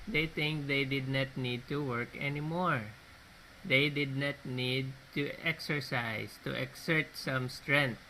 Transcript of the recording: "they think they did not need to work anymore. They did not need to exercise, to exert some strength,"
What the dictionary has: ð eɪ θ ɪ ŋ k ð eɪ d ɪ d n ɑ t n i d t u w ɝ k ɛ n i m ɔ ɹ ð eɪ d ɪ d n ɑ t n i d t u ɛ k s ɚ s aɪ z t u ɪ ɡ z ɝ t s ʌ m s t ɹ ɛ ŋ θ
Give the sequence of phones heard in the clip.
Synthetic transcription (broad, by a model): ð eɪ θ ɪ ŋ k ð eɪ d ɪ d n ɑ t n i d t u w ɝ k ɛ n i m ɔ ɹ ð eɪ d ɪ d n ɑ t n i d t u ɛ k s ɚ s aɪ s t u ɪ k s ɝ t s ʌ m s t ɹ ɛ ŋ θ